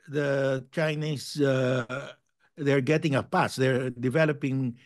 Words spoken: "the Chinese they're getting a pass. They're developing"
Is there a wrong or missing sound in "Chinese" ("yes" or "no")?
yes